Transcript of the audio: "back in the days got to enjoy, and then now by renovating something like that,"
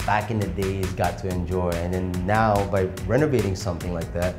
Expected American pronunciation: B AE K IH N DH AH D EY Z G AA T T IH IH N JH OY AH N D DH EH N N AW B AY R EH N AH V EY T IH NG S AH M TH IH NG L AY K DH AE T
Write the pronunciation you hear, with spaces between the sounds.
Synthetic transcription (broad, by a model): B AE K IH N DH AH D EY Z G AA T T IH IH N JH OY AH N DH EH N N AW B AY R EH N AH V EY T IH NG S AH M TH IH NG L AY K DH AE T